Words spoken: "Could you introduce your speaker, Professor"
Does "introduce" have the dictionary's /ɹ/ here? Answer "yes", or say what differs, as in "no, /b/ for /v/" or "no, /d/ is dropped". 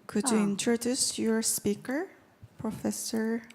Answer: yes